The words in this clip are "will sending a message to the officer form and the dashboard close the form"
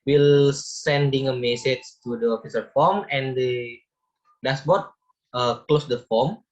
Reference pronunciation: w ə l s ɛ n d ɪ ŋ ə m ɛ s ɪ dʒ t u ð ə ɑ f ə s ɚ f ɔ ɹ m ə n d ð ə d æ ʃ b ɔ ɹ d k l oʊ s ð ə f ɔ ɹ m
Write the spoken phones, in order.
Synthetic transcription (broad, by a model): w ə l s ɛ n d ɪ ŋ ə m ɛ s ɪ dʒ t u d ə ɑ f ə s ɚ f ɔ m ə n d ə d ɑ s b ɔ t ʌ k l oʊ s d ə f ɔ m